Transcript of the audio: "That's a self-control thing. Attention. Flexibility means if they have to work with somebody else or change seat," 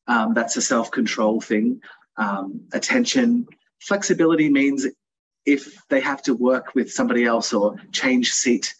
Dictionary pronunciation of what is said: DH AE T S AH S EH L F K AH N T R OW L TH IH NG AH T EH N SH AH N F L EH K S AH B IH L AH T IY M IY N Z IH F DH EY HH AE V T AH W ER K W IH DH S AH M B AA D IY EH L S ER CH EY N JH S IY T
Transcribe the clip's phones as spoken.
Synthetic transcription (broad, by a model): DH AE T S AH S EH L F K AH N T R OW L TH IH NG AH T EH N SH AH N F L EH K S AH B IH L AH T IY M IY N Z IH F DH EY HH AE F T AH W ER K W IH DH S AH M B AA D IY EH L S ER CH EY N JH S IY T